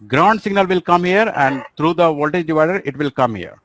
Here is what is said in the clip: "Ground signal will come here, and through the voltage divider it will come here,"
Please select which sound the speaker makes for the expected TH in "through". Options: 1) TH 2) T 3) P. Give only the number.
2